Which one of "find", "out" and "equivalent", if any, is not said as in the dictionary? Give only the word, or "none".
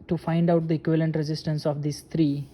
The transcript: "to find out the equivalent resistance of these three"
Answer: none